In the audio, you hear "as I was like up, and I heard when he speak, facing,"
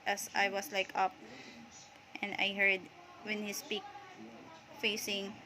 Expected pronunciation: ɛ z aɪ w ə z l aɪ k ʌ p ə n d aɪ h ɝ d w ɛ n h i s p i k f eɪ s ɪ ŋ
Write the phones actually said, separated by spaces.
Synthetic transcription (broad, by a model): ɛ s aɪ w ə s l aɪ k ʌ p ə n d aɪ h ɝ d w ɛ n h i s p i k f eɪ s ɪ ŋ